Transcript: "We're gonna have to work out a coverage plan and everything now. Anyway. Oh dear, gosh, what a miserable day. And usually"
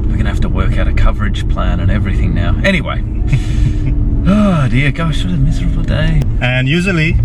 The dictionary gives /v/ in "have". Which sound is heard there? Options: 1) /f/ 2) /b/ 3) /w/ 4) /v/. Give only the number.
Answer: 1